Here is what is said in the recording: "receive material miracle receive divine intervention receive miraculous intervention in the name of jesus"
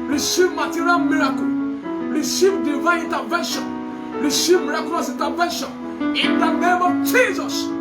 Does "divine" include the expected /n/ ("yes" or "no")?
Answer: no